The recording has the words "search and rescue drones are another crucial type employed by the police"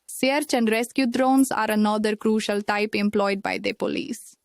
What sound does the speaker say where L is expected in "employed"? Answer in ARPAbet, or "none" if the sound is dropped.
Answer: L